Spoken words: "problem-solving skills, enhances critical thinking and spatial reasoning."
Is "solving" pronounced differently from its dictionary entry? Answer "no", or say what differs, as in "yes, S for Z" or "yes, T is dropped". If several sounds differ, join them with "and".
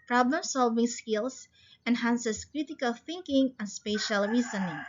no